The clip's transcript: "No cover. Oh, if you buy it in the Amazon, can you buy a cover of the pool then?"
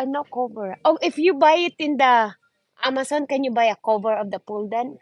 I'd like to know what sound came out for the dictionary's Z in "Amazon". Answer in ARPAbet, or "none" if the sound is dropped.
S